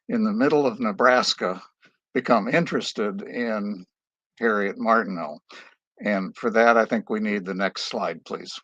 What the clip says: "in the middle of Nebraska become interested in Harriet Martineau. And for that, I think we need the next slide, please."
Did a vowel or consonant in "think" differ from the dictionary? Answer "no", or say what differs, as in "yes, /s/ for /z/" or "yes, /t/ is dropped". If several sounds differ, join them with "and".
no